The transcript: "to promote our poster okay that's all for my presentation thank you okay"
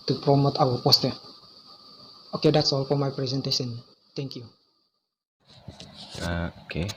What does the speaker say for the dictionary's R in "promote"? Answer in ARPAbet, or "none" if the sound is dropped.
R